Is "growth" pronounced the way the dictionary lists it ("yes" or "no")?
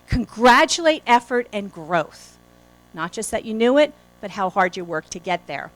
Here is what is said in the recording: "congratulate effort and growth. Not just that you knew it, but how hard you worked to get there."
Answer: yes